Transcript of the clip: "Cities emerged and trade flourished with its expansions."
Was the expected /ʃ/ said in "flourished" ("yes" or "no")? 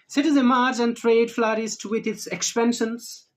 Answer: no